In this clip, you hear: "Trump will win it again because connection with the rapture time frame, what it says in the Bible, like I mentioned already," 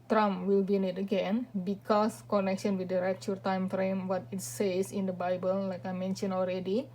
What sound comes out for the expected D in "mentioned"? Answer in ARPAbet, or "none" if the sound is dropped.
none